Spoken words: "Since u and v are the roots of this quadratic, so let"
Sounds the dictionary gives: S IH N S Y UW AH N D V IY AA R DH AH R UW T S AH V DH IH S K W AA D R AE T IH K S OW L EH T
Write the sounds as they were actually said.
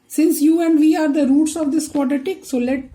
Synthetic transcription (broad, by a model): S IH N S Y UW AH N D V IY AA R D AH R UW T S AH V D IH S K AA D IH T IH K S OW L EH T